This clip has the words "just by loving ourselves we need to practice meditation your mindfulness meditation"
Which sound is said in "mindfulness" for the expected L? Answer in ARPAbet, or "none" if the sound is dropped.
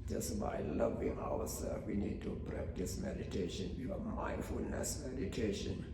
L